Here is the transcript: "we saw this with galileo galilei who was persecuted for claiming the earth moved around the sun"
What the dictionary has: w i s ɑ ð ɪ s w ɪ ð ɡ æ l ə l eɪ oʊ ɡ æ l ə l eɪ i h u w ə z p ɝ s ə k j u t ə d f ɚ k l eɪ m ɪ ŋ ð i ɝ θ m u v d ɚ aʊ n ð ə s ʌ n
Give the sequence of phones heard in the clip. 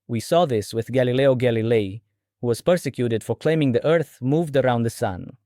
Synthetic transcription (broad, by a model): w i s ɑ ð ɪ s w ɪ ð ɡ æ l ə l eɪ oʊ ɡ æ l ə l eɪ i h u w ə z p ɝ s ə k j u t ə d f ɚ k l eɪ m ɪ ŋ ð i ɝ θ m u v d ɚ aʊ n ð ə s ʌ n